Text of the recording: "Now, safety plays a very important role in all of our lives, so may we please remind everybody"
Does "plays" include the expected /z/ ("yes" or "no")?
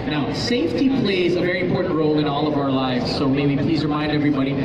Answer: yes